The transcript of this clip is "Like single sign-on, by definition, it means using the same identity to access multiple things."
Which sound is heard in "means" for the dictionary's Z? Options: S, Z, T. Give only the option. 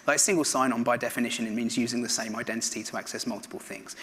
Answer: Z